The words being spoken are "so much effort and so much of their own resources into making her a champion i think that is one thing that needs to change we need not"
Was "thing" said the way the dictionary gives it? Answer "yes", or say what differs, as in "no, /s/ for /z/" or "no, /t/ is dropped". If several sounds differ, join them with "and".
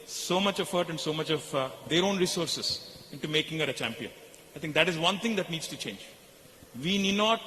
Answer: no, /t/ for /θ/